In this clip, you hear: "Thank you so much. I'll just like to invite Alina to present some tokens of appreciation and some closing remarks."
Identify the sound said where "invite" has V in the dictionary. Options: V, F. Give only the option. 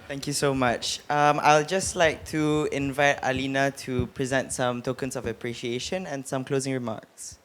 V